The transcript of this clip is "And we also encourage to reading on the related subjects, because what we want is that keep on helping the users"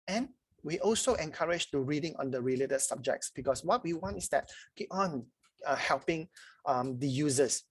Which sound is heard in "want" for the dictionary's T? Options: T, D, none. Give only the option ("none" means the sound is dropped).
T